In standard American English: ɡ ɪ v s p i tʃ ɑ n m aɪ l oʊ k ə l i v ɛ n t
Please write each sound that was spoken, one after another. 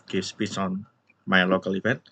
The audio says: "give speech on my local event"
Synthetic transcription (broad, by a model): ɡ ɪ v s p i s ɑ n m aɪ l oʊ k ə l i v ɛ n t